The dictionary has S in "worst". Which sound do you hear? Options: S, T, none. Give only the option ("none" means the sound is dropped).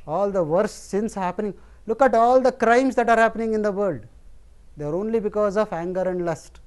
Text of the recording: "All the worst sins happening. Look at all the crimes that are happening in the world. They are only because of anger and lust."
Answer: none